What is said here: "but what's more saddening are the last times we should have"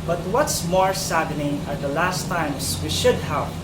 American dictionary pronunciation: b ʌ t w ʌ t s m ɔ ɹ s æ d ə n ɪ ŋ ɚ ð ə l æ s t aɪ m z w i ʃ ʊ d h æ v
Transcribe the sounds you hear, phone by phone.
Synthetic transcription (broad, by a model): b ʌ t w ʌ t s m ɔ ɹ s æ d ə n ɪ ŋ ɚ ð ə l æ s t aɪ m s w i ʃ ʊ d h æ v